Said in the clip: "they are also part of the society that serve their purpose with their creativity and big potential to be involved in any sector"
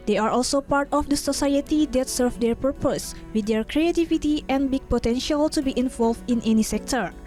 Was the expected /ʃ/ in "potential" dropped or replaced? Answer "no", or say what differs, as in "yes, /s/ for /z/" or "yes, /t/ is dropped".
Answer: no